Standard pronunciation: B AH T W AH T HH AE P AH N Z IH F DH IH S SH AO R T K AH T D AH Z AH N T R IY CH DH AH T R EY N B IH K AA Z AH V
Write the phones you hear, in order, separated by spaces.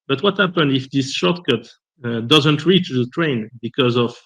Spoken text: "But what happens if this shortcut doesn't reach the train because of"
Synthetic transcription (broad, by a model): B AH T W AH T HH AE P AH N IH F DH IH S SH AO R T K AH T D AH Z AH N T R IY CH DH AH T R EY N B IH K AA Z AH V